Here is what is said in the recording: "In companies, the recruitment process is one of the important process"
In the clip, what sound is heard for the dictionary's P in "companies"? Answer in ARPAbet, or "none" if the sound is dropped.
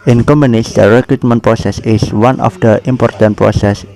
none